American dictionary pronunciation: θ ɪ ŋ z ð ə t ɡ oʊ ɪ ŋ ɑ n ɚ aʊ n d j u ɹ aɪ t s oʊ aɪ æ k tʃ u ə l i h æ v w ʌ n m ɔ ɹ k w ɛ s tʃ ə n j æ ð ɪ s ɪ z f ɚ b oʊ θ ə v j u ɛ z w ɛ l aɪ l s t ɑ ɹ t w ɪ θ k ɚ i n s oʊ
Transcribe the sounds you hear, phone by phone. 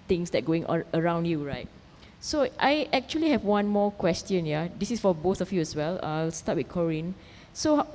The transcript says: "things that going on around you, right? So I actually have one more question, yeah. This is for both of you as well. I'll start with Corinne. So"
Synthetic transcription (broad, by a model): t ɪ ŋ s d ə t ɡ oʊ ɪ ŋ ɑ ɚ aʊ n d j u ɹ aɪ t s oʊ aɪ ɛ k tʃ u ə l i h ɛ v w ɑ n m ɔ k w ɛ s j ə n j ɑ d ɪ s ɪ s f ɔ b oʊ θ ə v j u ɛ s w ɛ l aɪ l s t ɑ t w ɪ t k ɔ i n s oʊ